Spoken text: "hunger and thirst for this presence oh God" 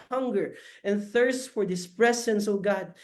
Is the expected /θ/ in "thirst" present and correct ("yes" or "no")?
yes